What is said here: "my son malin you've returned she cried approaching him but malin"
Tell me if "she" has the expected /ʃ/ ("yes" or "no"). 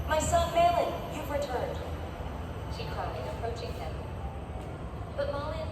yes